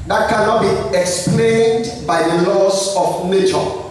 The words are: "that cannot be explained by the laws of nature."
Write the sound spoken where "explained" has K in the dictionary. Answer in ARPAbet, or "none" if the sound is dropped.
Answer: K